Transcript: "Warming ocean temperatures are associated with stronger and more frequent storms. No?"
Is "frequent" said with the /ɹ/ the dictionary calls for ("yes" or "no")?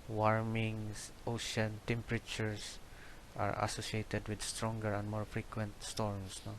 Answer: yes